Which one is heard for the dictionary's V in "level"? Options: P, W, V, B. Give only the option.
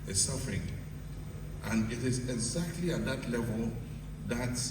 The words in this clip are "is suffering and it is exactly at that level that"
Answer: V